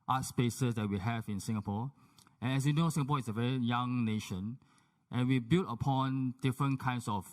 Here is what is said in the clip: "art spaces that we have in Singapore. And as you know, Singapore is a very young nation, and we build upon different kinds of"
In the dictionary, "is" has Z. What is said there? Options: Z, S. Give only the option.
S